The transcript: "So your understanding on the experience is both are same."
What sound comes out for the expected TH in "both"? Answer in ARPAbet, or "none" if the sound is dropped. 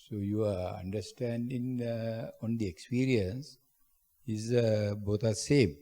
T